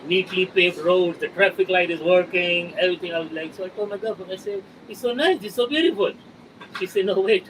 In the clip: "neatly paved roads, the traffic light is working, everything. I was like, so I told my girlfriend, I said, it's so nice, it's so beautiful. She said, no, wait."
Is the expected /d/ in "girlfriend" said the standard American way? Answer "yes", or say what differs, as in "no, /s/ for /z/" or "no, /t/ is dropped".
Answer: no, /d/ is dropped